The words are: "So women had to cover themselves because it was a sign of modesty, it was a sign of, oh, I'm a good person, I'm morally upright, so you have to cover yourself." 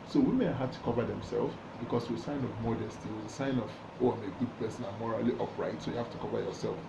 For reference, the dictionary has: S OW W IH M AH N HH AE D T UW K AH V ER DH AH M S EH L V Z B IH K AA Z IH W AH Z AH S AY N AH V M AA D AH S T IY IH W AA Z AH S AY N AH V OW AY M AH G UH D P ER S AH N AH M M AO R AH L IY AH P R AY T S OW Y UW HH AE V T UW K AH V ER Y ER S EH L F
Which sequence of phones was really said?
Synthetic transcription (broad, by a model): S OW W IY M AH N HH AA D T UW K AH V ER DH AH M S EH L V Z B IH K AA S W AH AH S AY N AH V M AA D AH S T IY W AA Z AH S AY N AH V OW AY M AH G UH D P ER S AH N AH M M AO R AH L IY AH P R AY T S OW Y UW HH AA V T UW K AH V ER Y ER S EH L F